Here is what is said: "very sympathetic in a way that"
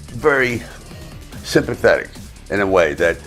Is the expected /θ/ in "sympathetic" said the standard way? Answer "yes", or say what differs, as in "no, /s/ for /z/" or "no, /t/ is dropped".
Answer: yes